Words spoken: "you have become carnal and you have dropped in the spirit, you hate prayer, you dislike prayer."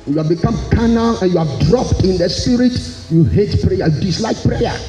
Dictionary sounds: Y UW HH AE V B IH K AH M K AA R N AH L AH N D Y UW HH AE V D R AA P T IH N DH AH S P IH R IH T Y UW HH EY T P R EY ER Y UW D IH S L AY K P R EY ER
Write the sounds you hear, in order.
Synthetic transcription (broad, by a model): Y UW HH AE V B IH K AH M K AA N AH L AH N Y UW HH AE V D R AA P T IH N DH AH S P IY R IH T Y UW HH EY T P R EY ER Y UW D IH S L AY K P R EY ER